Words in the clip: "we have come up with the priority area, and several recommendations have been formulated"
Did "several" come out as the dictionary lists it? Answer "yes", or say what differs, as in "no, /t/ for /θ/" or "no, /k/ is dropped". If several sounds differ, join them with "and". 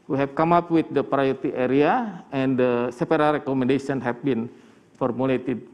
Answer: no, /p/ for /v/